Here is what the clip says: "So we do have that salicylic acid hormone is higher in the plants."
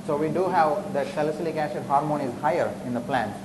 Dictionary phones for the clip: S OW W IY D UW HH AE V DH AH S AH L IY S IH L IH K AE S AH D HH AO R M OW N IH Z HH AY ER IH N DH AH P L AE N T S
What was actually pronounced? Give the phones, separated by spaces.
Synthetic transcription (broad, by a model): S OW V IY D UW HH AE V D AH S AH L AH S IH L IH K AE SH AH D HH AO R M OW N IH Z HH AY ER IH N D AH P L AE N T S